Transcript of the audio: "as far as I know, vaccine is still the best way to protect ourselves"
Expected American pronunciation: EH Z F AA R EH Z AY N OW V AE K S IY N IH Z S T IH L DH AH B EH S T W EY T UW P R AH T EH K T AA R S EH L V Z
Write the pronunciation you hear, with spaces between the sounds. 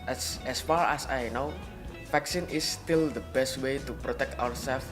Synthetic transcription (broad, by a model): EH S F AA R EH S AY N OW F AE K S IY N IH S T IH L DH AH B EH S T W EY T UW P R AH T EH K T AA R S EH L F